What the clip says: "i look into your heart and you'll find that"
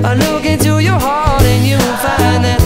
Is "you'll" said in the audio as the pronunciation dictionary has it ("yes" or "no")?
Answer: no